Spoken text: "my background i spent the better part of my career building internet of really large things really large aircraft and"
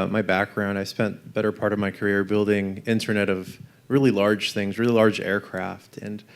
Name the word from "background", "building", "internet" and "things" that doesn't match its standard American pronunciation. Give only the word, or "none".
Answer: none